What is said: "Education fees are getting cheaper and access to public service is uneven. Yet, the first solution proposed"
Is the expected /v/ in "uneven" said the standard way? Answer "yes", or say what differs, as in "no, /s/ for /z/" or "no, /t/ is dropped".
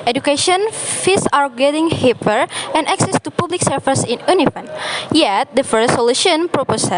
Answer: no, /f/ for /v/